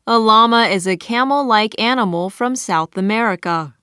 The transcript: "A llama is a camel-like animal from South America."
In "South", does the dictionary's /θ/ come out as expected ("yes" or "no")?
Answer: yes